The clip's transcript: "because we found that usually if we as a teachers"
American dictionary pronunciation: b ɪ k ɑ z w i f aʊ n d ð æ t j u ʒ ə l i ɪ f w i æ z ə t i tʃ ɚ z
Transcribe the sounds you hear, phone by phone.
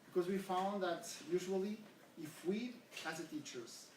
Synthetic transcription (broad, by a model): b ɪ k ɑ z w i f aʊ n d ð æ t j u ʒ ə l i ɪ f w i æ s ə t i tʃ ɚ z